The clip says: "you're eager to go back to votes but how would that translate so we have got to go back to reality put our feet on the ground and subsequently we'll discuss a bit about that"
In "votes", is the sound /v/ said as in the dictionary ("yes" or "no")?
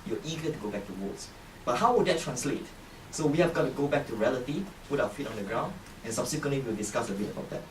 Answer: no